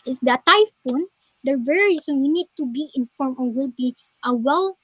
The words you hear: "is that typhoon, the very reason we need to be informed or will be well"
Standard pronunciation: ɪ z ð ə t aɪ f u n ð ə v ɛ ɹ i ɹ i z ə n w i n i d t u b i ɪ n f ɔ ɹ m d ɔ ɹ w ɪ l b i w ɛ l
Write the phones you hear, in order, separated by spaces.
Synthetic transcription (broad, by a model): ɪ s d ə t aɪ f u n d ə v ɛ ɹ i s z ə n w i n i d t u b i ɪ n f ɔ ɹ m ɔ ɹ w ɪ l b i w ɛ l